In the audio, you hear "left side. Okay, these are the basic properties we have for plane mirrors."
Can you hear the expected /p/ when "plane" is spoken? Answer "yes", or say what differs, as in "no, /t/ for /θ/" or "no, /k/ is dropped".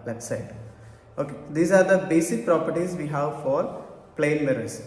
yes